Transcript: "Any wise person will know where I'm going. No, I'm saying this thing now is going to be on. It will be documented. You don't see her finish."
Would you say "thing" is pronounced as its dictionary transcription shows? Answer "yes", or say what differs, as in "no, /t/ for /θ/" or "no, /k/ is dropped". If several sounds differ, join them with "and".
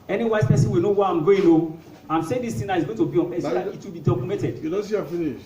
no, /t/ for /θ/